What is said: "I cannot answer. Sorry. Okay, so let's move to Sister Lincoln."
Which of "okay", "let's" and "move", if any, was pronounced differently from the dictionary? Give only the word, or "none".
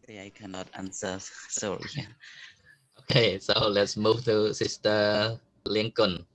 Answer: none